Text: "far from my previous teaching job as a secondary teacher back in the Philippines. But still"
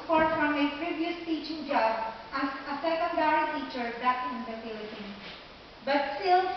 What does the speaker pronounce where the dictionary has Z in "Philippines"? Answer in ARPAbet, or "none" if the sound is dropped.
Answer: none